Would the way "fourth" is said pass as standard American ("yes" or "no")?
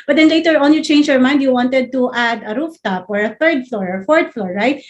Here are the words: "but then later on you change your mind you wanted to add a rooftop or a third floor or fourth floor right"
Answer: no